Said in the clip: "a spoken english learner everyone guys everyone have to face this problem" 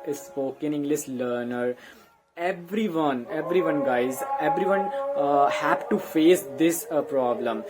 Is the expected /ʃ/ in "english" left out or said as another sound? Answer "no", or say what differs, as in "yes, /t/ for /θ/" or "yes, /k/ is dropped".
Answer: yes, /s/ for /ʃ/